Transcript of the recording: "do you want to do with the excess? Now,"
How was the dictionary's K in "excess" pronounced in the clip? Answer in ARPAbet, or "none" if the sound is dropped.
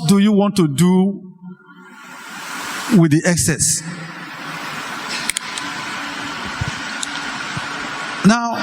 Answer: K